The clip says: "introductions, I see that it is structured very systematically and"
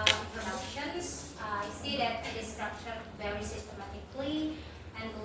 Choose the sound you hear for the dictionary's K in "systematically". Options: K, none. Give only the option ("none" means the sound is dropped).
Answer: K